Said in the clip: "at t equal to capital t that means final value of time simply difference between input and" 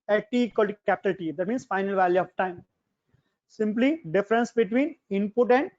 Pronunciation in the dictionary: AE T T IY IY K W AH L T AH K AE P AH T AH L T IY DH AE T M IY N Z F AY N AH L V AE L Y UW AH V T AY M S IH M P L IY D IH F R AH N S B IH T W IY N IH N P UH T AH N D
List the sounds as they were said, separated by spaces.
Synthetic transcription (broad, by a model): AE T T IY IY K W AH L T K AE P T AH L T IY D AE T M IY N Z F AY N AH L V AE L Y UW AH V T AY M S IH M P L IY D IH F R AH N S B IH T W IY N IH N P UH T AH N D